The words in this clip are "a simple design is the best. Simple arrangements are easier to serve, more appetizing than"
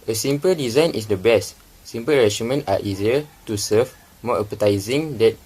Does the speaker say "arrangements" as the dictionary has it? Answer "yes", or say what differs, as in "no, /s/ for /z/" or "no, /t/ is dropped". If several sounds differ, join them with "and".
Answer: no, /s/ is dropped